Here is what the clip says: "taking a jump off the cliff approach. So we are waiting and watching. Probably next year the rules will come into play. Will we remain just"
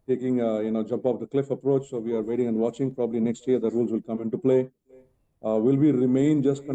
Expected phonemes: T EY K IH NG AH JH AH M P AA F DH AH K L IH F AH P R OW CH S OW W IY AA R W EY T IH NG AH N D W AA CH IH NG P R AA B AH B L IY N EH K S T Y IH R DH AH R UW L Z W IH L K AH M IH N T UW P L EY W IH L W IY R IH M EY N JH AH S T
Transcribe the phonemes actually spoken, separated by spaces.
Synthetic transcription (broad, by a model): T EY K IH NG AH JH AH M P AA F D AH K L IH F AH P R OW CH S OW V IY AA R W EY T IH NG AH N D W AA CH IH NG P R AA B AH B L IY N EH K S T Y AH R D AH R UW L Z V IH L K AH M IH N T UW P L EY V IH L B IY R IH M EY N JH AH S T